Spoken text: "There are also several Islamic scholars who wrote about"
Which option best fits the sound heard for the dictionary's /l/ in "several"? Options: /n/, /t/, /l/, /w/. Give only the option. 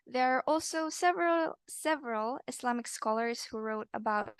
/l/